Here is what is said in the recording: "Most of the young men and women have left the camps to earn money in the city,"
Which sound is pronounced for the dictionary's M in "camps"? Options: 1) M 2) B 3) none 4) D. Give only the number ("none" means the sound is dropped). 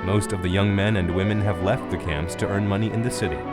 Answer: 1